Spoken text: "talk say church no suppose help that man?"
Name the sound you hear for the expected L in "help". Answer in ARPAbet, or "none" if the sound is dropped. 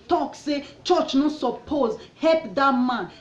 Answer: none